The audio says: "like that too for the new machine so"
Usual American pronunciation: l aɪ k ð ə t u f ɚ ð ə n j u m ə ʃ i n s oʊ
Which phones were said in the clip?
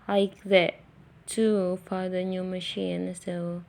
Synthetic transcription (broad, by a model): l aɪ k ð ə t u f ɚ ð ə n j u m ə ʃ i n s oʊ